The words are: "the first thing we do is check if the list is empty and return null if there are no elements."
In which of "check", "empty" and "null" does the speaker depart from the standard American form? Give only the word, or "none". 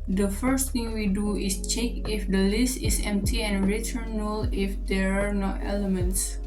none